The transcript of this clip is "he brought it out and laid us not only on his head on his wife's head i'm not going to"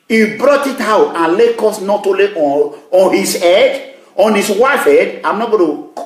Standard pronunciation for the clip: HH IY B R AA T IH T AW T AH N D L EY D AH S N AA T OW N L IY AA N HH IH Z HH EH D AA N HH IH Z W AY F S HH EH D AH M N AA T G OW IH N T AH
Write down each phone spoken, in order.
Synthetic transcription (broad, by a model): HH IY B R AA T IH T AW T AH N L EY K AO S N AA T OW L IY AA N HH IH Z HH EH D AA N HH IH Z W AY F HH EH D AH M N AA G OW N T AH